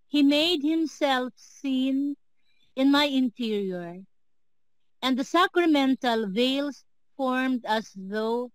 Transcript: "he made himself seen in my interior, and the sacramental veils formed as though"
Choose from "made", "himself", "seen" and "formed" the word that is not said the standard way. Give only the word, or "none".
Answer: none